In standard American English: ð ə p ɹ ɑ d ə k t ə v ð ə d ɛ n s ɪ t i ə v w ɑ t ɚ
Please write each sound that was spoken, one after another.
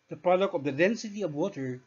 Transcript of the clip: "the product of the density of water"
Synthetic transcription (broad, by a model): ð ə p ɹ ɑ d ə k ə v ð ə d ɛ n s ɪ t i ə v w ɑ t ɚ